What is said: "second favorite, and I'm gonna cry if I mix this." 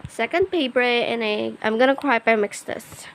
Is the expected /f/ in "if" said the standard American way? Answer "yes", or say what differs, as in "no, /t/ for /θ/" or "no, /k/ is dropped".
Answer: no, /p/ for /f/